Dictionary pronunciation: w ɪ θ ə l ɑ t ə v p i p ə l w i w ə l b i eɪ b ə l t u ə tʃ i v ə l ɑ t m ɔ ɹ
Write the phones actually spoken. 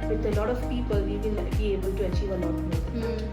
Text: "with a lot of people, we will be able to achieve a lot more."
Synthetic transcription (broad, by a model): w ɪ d ə l ɑ t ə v p i p ə l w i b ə n b i eɪ b ə l t u ə tʃ i v ə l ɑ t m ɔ